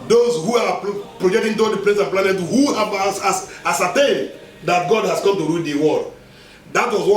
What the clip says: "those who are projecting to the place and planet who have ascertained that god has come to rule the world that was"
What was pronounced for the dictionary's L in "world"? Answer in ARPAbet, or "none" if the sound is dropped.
none